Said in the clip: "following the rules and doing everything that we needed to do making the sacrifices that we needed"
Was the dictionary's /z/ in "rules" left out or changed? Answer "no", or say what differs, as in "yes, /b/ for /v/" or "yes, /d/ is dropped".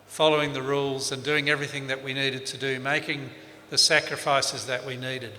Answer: no